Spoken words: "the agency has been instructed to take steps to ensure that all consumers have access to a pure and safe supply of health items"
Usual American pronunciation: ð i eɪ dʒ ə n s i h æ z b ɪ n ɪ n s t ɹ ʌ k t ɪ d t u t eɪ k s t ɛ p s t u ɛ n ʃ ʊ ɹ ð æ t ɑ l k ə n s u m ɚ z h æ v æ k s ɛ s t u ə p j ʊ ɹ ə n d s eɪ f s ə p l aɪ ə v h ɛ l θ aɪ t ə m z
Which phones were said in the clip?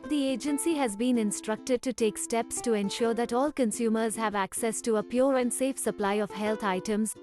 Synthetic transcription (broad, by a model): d i eɪ dʒ ə n s i h æ z b ɪ n ɪ n s t ɹ ʌ k t ɪ d t u t eɪ k s t ɛ p s t u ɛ n ʃ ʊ ɹ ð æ t ɑ l k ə n s u m ɚ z h æ v æ k s ɛ s t u ə p j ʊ ɹ ə n d s eɪ f s ə p l aɪ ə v h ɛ l t aɪ t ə m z